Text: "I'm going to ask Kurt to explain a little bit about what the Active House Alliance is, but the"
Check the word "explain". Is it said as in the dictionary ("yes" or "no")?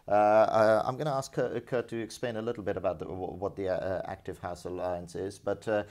yes